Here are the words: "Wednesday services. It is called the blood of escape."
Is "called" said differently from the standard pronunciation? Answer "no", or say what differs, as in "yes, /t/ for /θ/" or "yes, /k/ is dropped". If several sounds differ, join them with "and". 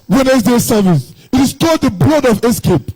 yes, /l/ is dropped